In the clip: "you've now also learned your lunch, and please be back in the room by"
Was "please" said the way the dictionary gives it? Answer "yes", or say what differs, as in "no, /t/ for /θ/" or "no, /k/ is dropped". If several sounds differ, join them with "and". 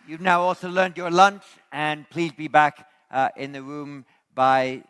yes